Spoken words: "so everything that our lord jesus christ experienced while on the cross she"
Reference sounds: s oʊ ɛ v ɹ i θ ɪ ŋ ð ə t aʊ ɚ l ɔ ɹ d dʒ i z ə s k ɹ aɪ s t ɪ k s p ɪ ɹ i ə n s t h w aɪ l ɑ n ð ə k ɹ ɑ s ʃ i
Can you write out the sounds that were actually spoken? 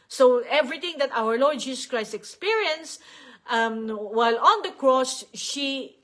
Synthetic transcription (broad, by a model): s oʊ ɛ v ɹ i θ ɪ ŋ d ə t aʊ ɚ l ɔ ɹ d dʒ i s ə s k ɹ aɪ s t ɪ k s p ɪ ɹ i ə n s t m w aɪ l ɑ n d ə k ɹ ɑ s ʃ i